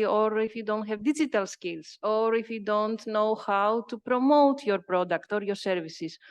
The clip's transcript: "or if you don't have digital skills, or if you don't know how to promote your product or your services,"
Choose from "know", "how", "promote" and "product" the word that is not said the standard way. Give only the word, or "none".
none